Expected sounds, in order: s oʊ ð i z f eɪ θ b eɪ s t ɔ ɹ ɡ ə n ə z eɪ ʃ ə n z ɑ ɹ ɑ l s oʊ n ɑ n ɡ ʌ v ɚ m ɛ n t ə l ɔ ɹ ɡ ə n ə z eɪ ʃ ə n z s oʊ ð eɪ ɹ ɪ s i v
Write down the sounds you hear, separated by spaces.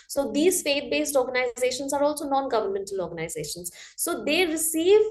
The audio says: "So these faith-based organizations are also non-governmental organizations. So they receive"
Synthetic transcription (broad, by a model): s oʊ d i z f eɪ t b eɪ s t ɔ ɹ ɡ ə n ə z eɪ ʃ ə n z ɑ ɹ ɑ l s oʊ n ɑ n ɡ ʌ v ɚ m ɛ n t ə l ɔ ɹ ɡ ə n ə z eɪ ʃ ə n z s oʊ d eɪ ɹ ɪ s i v